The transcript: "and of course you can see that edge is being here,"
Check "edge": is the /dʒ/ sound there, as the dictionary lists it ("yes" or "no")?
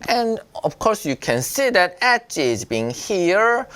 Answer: no